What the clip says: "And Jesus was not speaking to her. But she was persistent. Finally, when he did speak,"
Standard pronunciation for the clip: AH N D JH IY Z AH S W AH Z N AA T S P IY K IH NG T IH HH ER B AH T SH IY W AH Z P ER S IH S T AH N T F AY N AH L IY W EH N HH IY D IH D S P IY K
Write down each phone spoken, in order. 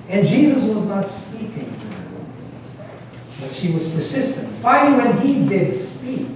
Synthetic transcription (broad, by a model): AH N JH IY Z AH S W AH Z N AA T S P IY K IH NG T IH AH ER B AH T SH IY W AH Z P ER S IH S T AH N T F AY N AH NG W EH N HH IY D IH D S P IY K